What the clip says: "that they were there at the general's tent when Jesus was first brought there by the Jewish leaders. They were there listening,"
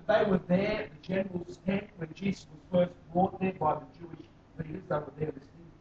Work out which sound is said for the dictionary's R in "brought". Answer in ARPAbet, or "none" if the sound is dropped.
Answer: none